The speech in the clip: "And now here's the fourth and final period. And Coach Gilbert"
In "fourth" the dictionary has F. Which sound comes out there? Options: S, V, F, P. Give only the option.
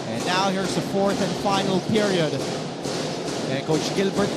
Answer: F